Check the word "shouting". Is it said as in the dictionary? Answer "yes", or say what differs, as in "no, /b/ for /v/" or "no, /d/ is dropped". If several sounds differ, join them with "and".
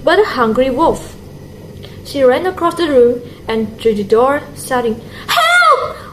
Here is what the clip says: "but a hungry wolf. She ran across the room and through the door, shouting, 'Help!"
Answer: no, /s/ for /ʃ/